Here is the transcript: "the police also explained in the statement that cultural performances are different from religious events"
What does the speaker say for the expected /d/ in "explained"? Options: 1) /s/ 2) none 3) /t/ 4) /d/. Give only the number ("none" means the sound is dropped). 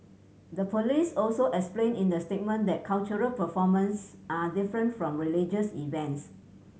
2